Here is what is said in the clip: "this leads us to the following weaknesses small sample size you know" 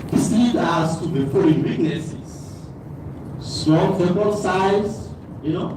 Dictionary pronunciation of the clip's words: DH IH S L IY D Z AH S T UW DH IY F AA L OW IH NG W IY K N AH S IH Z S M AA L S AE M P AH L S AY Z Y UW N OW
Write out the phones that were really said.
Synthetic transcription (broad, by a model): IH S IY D AA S T UW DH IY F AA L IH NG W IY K N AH S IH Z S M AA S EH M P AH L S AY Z Y UW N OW